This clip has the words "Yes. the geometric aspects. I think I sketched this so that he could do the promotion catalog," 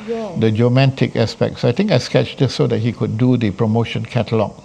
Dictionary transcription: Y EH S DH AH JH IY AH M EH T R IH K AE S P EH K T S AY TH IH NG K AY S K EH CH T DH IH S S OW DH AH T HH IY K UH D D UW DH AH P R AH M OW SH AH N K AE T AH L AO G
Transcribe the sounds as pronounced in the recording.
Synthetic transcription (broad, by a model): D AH JH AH M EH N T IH K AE S P EH K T S AY T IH NG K AY S K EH CH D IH S S OW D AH T HH IY K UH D D UW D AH P R AH M OW SH AH N K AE T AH L AO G